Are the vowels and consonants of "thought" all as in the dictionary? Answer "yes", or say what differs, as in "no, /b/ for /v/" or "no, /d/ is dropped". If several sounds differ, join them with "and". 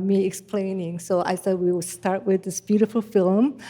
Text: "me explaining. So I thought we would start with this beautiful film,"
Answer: no, /s/ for /θ/